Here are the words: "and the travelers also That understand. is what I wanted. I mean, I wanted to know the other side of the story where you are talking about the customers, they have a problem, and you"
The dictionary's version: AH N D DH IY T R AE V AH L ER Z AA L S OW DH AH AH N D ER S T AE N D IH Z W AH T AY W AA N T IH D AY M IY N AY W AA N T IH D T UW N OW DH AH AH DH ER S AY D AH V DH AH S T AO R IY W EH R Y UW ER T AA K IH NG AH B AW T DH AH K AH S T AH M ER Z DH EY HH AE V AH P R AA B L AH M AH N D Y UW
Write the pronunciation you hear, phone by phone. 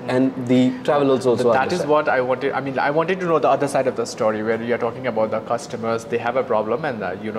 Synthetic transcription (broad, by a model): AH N D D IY T R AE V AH L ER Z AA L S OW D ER T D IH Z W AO T AY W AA N T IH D AY M IY N AY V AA N T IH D T UW N OW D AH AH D ER S AY D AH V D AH S T AO R IY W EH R Y UW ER T AA K IH NG AH B AW T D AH K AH S T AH M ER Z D EY HH AE V AH P R AA B L AH M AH N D Y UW